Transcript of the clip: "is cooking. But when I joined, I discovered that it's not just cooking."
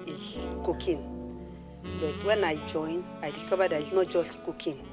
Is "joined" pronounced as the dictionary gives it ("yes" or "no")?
no